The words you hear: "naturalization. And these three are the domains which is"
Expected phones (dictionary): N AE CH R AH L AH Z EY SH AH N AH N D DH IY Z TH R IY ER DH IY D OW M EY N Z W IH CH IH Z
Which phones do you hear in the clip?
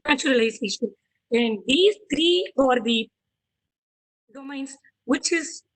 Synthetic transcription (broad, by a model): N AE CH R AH L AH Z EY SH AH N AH N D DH IY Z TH R IY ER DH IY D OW M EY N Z W IH CH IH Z